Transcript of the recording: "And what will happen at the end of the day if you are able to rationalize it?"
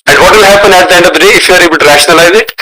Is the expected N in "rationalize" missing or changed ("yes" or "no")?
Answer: yes